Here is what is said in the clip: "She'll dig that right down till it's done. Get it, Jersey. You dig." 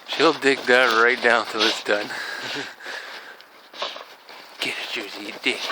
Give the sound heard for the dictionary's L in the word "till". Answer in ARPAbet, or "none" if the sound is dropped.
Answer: W